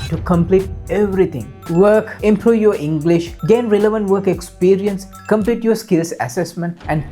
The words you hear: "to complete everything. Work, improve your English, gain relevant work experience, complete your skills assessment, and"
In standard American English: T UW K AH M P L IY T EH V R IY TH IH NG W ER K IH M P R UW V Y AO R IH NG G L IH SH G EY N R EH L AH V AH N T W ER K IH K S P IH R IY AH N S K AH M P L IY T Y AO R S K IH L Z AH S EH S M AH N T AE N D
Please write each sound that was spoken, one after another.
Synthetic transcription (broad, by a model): T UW K AH M P L IY T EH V R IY T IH NG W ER K IH M P R UW V Y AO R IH NG G L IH SH G EY N R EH L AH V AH N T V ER K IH K S P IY R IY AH N S K AH M P L IY T Y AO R S K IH L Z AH S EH S M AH N T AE N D